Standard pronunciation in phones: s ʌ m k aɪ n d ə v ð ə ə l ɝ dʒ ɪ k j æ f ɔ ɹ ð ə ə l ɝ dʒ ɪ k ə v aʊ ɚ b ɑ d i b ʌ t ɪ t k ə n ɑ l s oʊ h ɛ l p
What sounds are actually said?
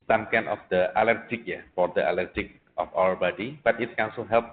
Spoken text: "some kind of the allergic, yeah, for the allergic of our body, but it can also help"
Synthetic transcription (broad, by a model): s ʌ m k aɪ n ə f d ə ə l ɝ dʒ ɪ k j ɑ f ɔ ɹ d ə ə l ɝ dʒ ɪ k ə f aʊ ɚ b ɑ d i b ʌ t ɪ t k ə n s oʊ h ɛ l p